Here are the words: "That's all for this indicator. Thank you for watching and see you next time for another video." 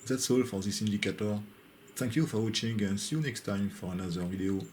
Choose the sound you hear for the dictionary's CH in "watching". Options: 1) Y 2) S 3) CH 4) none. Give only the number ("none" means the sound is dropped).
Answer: 3